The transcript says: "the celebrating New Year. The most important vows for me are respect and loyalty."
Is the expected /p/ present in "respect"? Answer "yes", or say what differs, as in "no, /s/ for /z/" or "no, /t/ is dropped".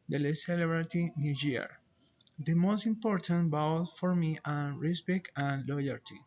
no, /b/ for /p/